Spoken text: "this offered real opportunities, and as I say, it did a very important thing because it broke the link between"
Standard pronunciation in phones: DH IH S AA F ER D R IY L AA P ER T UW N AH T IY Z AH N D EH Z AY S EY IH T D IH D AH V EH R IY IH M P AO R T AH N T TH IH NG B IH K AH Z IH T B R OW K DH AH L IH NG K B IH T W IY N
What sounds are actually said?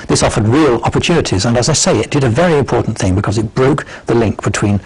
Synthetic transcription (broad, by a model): DH IH S AA F ER D R IY L AA P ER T UW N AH T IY Z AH N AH Z AY S EY IH T D IH D AH V EH R IY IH M P AO R T N TH IH NG B IH K AH Z IH T B R OW K DH AH L IH NG K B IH T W IY N